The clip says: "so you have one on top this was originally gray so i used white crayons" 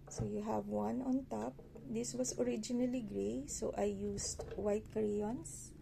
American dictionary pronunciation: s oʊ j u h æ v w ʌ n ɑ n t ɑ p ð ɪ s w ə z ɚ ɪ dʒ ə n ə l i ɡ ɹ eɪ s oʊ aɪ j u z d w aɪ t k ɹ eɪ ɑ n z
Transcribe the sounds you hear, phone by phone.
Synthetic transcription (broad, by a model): s oʊ j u h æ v w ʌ n ɑ n t ɑ p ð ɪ s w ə s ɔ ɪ dʒ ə n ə l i ɡ ɹ eɪ s oʊ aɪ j u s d w aɪ t k ɹ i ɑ n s